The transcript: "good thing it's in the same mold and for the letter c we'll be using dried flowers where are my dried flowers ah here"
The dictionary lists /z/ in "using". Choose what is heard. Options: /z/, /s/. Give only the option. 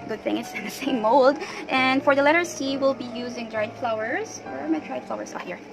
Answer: /z/